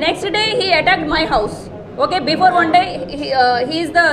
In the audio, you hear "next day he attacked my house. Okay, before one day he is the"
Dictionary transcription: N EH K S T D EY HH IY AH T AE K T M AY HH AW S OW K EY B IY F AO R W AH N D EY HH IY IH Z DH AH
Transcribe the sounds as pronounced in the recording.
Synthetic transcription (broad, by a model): N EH K S T D EY HH IY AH T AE K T M AY HH AW S OW K EY B IY F AO R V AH N D EY HH IY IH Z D AH